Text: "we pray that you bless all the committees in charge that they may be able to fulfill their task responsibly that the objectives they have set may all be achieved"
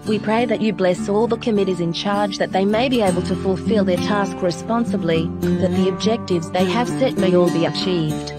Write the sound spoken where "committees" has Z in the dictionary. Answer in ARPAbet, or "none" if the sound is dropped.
Z